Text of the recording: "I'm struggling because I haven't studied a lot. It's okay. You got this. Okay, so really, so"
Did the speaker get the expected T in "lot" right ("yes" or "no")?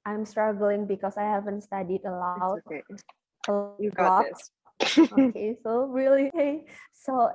no